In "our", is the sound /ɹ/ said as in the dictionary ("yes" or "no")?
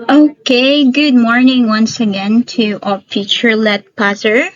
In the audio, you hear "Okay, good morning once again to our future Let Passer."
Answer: no